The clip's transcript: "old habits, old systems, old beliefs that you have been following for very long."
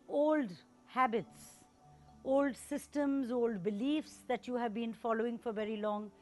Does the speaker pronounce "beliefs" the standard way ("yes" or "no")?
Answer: yes